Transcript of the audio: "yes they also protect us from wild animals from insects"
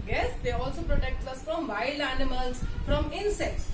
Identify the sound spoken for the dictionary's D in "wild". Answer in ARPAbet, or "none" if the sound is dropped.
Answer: none